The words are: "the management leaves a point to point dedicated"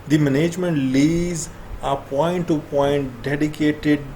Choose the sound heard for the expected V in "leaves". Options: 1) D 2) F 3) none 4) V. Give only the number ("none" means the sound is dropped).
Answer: 3